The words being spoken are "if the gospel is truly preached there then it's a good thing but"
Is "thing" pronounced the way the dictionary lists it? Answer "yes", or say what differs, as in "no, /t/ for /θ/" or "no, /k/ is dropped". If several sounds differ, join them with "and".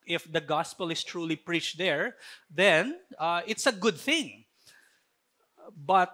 yes